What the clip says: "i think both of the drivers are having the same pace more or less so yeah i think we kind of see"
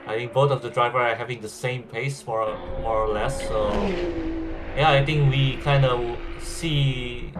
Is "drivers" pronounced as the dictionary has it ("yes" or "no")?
no